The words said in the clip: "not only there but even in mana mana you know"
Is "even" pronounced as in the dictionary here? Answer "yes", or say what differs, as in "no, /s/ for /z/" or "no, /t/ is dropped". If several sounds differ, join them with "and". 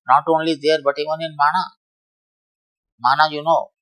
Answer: no, /v/ is dropped